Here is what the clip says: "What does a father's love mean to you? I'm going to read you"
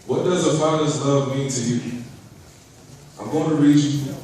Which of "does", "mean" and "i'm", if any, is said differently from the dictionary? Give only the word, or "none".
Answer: none